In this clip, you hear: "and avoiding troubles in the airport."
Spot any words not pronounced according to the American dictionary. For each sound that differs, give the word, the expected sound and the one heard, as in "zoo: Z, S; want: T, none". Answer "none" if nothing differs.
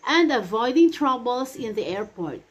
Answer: troubles: Z, S